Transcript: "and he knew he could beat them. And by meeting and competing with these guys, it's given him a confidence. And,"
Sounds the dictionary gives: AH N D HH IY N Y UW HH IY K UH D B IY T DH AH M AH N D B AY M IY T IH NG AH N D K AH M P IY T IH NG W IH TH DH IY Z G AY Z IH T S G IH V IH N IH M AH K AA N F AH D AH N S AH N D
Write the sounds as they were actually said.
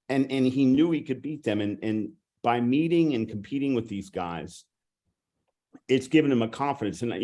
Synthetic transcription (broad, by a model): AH N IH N IY N Y UW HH IY K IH D B IY T DH AH M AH N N B AY M IY T IH NG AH N K M P IY T IH NG W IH DH IY Z G AY Z IH T S G IH V IH N IH M AH K AA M F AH D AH N S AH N